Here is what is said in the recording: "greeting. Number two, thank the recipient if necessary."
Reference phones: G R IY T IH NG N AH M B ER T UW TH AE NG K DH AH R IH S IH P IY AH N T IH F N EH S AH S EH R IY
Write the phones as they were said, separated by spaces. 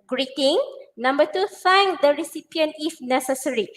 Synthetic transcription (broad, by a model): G R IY T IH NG N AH M B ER T UW F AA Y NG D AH R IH S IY P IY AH N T IH F N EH S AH S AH R IY